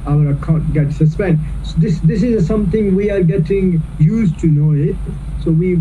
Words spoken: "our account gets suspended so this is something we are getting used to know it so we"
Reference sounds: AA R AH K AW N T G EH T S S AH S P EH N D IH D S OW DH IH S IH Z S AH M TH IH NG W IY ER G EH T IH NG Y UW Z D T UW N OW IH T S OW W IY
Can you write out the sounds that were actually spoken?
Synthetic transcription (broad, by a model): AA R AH K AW T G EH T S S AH S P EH N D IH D S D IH S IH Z S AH M T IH NG W IY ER G EH T IH NG Y UW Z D T UW N OW IH T S OW W IY